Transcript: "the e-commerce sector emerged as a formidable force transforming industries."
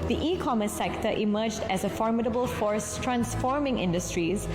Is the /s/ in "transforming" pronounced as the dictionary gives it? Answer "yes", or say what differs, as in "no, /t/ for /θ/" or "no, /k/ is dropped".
yes